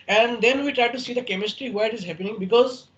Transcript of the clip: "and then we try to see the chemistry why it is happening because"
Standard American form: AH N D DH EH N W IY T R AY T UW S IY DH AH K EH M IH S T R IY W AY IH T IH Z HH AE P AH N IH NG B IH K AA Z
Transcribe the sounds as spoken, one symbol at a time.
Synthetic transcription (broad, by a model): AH N D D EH N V IY T R AY T UW S IY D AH K EH M IH S T R IY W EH IH T IH Z HH AE P AH N IH NG B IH K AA Z